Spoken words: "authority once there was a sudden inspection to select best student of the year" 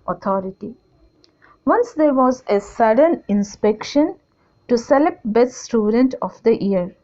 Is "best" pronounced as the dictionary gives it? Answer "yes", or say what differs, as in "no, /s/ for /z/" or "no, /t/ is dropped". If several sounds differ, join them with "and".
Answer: no, /s/ is dropped